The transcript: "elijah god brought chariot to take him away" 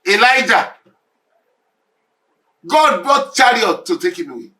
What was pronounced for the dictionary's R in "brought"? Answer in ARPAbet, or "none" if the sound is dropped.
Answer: none